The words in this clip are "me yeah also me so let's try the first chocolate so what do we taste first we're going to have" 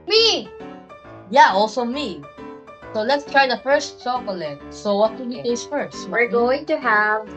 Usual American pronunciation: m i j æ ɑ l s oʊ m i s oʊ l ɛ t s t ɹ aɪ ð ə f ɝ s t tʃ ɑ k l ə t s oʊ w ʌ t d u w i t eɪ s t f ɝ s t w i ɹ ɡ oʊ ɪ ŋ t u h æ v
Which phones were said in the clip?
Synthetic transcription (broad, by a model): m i j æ ɑ l s oʊ m i s oʊ l ɛ t s t ɹ aɪ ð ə f ɝ s t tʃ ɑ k l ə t s oʊ w ʌ t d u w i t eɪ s f ɝ s t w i ɹ ɡ oʊ ɪ ŋ t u h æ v